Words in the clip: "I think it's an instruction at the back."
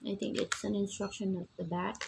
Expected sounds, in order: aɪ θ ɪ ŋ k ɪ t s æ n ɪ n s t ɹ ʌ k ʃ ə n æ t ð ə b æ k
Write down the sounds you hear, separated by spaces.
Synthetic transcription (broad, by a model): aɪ t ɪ ŋ k ɪ t s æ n ɪ n s t ɹ ʌ k ʃ ə n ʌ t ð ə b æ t